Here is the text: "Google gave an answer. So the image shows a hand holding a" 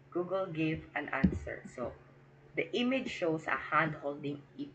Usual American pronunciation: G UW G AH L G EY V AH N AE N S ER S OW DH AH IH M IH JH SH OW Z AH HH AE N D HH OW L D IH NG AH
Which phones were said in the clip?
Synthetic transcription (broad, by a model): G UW G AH L G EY V AH N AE N S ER S OW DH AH IH M IH JH SH OW S AH HH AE N D HH OW L D IH NG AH